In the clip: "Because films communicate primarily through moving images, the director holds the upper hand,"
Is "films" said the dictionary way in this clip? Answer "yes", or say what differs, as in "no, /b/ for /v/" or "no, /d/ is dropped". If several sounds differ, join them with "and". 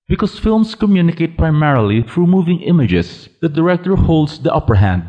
no, /s/ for /z/